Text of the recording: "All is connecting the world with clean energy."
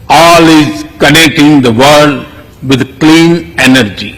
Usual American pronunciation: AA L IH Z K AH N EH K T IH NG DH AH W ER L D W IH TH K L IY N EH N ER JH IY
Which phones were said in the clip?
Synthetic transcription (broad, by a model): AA L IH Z K AH N EH K T IH NG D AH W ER D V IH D K L IY N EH N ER JH IY